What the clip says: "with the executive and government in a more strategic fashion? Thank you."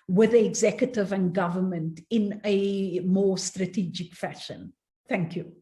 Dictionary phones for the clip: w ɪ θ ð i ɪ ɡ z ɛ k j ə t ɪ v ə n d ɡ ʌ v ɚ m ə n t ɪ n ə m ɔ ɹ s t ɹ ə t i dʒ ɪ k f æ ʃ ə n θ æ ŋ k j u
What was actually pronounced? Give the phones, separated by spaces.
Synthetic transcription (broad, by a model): w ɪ ð i ɪ ɡ z ɛ k j ə t ɪ v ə n ɡ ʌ v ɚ m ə n t ɪ n ə m ɔ s t ɹ ə t i dʒ ɪ k f æ ʃ ə n θ æ ŋ k j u